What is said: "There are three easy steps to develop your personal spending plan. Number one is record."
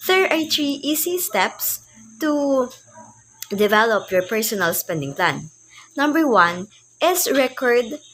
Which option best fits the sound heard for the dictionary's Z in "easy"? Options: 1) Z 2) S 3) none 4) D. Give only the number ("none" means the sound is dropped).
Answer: 2